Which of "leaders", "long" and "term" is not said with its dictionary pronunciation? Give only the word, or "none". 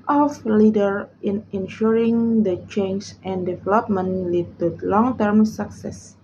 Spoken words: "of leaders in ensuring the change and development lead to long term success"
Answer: leaders